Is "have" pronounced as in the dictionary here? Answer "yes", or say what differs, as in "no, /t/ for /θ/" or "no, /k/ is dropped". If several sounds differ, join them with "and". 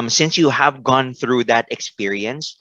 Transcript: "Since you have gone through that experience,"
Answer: yes